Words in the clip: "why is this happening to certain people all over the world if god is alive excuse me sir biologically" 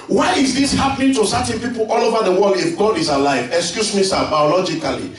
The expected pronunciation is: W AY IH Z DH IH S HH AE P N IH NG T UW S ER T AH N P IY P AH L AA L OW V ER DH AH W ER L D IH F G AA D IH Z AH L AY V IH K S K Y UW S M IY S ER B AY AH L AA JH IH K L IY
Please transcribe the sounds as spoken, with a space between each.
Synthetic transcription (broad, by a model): W AY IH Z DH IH S HH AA P N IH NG T UW S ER T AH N P IY P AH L AA L OW V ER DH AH W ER L D IH F G AA D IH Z AH L AY V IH K S K Y UW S M IY S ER B AY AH L AA JH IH K L IY